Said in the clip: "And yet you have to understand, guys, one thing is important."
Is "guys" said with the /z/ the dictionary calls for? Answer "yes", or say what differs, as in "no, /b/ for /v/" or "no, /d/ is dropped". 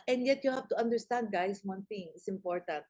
no, /s/ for /z/